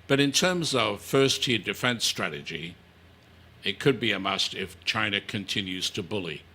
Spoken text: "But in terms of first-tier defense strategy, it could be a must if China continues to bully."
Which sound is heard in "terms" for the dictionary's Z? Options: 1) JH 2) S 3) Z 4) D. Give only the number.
3